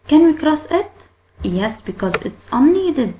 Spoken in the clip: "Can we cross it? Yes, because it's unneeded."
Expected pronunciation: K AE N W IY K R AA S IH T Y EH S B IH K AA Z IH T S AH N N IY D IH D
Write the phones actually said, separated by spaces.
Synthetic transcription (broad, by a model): K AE N W IY K R AA S IH T Y EH S B IH K AA Z IH T S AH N N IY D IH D